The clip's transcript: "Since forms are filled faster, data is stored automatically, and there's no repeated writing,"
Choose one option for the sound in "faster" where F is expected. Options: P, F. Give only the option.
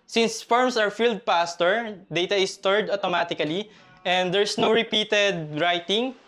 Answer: P